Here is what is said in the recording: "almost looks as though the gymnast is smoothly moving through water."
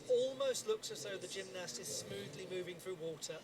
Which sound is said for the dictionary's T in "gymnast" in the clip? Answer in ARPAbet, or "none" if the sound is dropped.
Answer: T